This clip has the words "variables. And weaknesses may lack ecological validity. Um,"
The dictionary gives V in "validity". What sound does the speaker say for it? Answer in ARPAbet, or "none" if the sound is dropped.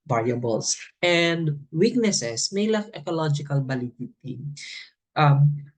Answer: B